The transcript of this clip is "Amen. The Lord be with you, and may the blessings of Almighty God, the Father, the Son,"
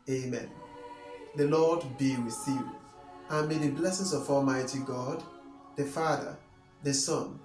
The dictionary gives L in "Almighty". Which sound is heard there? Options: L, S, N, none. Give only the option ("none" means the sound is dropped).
L